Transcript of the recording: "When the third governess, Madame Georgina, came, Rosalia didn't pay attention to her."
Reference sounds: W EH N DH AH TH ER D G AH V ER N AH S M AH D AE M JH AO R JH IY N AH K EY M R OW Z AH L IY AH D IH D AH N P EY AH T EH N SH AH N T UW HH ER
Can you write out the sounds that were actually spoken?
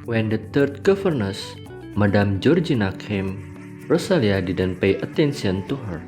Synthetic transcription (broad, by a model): W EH N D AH T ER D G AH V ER N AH S M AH D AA M JH AO R JH IY N AH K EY M R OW S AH L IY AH D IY D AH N P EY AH T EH N S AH N T UW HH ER